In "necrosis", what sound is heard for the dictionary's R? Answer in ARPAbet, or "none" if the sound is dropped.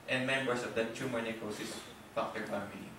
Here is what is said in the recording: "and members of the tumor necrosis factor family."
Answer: none